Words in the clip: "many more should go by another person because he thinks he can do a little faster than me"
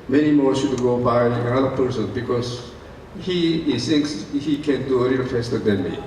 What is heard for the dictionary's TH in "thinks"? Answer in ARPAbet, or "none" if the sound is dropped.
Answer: S